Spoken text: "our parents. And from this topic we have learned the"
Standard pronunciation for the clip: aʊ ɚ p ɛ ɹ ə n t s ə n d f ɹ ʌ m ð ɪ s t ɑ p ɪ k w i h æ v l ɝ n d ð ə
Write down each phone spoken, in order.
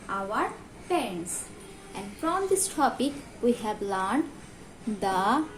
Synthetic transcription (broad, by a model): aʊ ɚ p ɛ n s t ə n d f ɹ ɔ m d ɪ s t ɑ p ɪ k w i h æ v l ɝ n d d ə